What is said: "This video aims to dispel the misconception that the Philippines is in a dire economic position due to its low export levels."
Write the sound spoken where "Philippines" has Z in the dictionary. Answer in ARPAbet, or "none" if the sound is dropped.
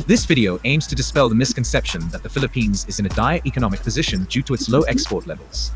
Z